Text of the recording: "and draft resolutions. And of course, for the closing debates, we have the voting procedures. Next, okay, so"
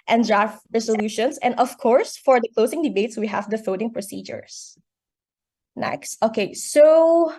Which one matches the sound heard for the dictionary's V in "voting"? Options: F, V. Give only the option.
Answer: F